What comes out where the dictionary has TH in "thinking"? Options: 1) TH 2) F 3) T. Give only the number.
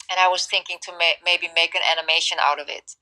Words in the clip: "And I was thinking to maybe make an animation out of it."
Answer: 1